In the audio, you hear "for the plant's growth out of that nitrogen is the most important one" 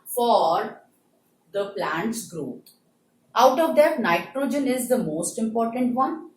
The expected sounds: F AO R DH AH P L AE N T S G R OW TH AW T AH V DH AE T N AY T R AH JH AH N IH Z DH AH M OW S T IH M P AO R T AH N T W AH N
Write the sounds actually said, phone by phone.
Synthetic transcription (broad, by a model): F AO R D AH P L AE N T S G R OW T AW T AH V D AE T N AY T R AH JH AH N IH Z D AH M OW S T IH M P AO R T AH N T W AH N